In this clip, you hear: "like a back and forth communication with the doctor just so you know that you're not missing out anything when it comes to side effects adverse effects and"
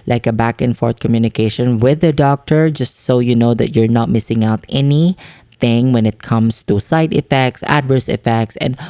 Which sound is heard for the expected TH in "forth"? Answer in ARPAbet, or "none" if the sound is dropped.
T